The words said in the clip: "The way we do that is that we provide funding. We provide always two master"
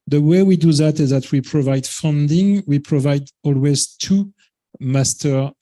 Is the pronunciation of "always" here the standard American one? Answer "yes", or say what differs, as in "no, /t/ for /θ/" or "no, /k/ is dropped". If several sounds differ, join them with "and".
yes